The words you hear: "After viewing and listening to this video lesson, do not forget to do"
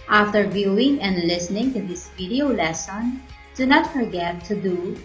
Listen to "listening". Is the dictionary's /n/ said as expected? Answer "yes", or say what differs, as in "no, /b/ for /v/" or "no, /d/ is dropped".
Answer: yes